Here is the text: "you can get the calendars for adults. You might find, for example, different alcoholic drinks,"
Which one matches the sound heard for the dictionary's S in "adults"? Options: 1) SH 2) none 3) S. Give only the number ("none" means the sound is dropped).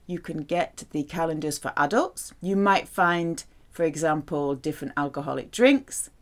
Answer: 3